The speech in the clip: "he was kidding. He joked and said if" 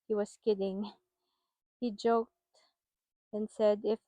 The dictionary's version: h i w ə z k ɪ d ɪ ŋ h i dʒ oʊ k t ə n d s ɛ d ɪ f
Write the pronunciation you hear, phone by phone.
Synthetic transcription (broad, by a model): h i w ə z k ɪ d ɪ ŋ h i dʒ oʊ k t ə n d s ɛ d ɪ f